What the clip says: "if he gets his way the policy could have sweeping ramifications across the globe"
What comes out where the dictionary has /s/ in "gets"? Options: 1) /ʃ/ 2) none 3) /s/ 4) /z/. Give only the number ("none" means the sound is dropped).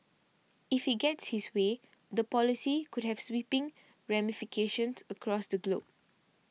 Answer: 3